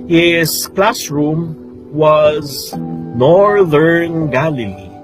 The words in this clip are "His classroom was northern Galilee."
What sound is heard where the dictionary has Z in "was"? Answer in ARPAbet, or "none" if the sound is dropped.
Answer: Z